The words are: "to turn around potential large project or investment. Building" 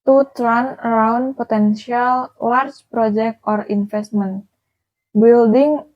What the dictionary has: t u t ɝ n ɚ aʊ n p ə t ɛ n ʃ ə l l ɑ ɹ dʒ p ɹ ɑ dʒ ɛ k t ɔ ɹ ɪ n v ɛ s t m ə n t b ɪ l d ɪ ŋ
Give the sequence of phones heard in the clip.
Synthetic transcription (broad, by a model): t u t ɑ n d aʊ n p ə t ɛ n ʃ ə l w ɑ ɹ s p ɹ ɑ dʒ ɛ k t ɔ ɹ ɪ n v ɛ s t m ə n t b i l d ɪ ŋ